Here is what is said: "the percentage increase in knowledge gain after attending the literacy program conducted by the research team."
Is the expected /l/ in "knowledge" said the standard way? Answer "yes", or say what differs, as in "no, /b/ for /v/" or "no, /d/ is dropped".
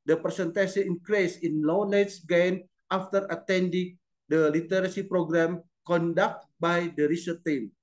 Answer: no, /n/ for /l/